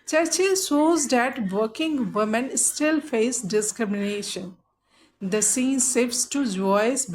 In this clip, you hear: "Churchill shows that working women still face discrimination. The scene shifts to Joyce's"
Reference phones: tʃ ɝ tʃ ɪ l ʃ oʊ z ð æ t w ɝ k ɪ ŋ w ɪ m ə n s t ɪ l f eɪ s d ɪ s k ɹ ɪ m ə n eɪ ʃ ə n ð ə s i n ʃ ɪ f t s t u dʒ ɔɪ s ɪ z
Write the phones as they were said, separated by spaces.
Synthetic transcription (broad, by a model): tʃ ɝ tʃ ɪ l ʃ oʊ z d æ t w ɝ k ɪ ŋ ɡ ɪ m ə n s t ɪ l f eɪ s d ɪ s k ɹ ɪ m ə n eɪ ʃ ə n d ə s i n s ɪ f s t u dʒ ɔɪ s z